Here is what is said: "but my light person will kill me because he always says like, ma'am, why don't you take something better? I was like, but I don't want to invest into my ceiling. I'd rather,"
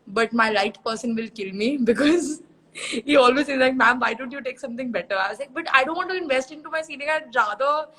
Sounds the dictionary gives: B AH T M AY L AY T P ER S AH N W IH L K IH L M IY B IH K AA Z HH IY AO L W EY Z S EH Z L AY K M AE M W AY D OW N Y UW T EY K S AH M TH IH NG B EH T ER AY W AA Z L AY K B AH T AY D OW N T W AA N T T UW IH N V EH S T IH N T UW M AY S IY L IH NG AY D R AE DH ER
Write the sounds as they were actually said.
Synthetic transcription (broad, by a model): B AH T M AY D AY T P ER S AH N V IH L K IH L M IY B IH K AA Z HH IY AO L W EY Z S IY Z L AY K M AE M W AY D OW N Y UW T EY K S AH M T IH NG B EH T ER AY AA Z L AY K B AH T AY D OW N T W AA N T T UW IH N V EH S T IH N T UW M AY S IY N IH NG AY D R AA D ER